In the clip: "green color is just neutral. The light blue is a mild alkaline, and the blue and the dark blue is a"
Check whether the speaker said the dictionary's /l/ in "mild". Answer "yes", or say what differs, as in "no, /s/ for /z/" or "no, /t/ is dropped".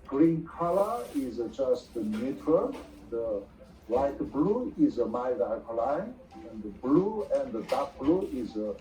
no, /l/ is dropped